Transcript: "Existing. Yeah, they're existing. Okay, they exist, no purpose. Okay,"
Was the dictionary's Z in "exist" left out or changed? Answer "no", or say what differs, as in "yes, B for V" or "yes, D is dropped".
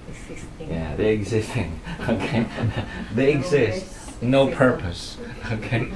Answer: no